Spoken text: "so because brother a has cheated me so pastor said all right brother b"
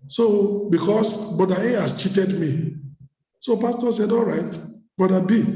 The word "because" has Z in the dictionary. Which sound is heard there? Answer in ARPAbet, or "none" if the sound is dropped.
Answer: S